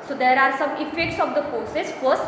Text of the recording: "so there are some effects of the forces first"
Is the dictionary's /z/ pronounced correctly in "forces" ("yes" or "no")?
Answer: no